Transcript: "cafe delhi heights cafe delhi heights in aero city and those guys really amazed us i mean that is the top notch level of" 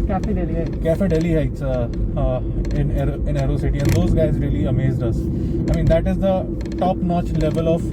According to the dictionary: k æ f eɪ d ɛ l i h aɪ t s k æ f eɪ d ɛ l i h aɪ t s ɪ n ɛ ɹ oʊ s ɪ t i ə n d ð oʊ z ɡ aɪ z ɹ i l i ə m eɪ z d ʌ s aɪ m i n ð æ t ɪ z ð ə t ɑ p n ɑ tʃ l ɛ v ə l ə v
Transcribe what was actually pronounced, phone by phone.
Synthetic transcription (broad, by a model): k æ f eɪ d ɛ l i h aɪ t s k æ f eɪ d ɛ l i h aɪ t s ɪ n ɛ ɹ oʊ s ɪ t i ə n d oʊ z ɡ aɪ z ɹ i l i ə m eɪ z d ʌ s aɪ m i n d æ t ɪ z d ə t ɑ p n ɑ tʃ l ɛ v ə l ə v